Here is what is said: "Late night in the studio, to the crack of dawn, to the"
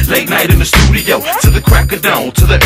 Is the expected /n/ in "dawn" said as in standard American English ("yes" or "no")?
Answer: no